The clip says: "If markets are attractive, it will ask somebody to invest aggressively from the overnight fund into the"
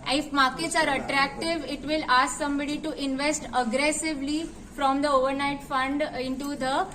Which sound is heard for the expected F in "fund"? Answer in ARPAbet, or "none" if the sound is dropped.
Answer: F